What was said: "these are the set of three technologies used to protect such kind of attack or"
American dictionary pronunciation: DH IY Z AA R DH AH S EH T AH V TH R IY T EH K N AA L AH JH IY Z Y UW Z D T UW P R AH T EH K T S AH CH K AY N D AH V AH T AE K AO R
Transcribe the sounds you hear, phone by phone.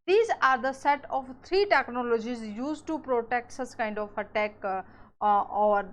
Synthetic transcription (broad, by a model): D IY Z AA R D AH S EH T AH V T R IY T EH K N AA L AH JH IY Z Y UW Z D T UW P R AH T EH K T S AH S K AY N D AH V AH T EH K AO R